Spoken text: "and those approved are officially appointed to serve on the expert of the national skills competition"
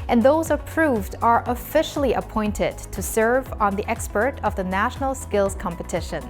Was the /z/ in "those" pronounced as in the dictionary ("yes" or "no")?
yes